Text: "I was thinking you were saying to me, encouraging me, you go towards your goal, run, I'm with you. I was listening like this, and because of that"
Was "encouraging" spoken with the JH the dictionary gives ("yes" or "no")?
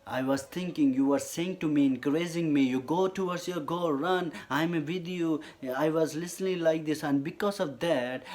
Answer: no